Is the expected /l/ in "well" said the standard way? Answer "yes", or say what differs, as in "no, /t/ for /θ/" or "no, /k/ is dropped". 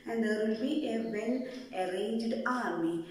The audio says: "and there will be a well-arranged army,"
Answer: no, /n/ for /l/